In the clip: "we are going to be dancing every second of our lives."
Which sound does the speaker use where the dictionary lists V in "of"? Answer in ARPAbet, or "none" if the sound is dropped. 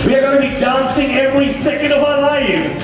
V